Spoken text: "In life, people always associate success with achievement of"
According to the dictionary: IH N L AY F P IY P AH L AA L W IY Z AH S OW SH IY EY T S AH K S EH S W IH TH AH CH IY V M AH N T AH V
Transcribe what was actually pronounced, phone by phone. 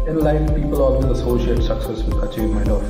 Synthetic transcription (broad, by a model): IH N L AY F P IY P AH L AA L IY AH S OW SH IY EY T S AH K S EH S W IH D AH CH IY M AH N AH